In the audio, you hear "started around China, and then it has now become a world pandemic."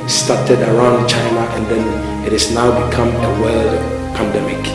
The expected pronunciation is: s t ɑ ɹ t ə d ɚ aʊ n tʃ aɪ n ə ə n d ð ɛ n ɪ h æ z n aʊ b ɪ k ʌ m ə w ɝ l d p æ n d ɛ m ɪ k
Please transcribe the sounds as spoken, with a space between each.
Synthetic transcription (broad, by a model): s t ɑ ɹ t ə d ɚ aʊ n tʃ aɪ n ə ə n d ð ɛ n ɪ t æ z n aʊ b ɪ k ʌ m ə w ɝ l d p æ n d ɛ m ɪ k